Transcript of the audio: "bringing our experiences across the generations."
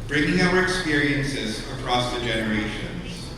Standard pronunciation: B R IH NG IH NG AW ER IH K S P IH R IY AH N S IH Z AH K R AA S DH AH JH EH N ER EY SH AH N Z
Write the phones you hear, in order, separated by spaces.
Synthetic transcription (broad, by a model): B R IH NG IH NG AW ER IH K S P IH R IY AH N S IH Z AH K R AA S DH AH JH EH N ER EY SH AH N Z